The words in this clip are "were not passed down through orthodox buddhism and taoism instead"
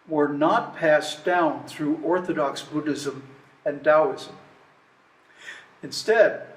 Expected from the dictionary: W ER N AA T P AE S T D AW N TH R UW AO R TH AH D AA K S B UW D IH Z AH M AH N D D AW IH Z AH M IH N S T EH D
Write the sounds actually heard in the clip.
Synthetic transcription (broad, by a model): W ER N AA T P AE S D AW N TH R UW AO R TH AH D AA K S B UW D IH Z AH M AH N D D AW IH Z AH M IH N S T EH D